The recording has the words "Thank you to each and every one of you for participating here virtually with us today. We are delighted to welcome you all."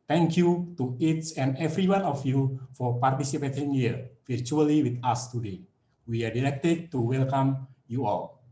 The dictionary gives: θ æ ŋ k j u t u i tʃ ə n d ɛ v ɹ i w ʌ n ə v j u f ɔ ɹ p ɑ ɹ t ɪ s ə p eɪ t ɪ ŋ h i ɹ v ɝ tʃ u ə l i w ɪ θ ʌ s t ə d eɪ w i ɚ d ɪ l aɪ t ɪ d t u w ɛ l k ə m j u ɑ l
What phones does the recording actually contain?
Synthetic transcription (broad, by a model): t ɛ ŋ k j u t u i s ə n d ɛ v ɹ i w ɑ n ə f j u f ɔ ɹ p ɑ ɹ t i s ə p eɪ t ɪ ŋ h i ɹ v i tʃ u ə l i w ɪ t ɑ s t ə d eɪ w i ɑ d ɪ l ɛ t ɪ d t u w ɛ l k ə m j u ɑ l